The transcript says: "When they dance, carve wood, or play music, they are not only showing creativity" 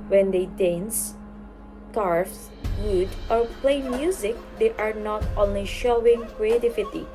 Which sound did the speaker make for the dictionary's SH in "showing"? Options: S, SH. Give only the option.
SH